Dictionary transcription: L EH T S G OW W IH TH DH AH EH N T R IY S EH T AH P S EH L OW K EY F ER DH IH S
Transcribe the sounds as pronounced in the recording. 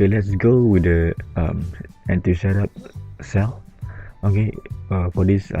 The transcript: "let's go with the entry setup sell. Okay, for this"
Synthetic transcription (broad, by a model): L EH T S G OW W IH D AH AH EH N T IY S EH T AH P S EH L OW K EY F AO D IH S